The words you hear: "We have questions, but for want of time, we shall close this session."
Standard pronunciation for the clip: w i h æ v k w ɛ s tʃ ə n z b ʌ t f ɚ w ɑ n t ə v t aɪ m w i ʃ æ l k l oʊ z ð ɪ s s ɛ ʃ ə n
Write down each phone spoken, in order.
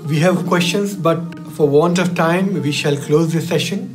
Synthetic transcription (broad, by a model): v i h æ v k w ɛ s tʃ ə n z b ʌ t f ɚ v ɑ n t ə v t aɪ m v i ʃ æ l k l oʊ z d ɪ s s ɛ ʃ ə n